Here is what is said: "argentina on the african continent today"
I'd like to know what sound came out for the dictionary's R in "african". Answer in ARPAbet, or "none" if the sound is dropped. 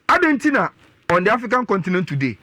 none